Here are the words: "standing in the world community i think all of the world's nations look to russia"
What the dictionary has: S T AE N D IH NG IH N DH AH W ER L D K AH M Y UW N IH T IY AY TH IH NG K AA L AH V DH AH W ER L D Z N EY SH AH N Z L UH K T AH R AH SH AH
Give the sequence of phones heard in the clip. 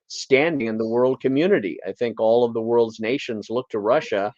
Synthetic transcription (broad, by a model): S T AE N D IH NG IH N DH AH W ER L D K AH M Y UW N IH T IY AY TH IH NG K AA L AH V DH AH W ER L D Z N EY SH AH N Z L UH K T AH R AH SH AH